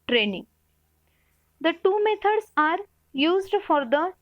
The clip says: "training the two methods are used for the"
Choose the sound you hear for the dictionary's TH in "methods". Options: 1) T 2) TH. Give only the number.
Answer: 1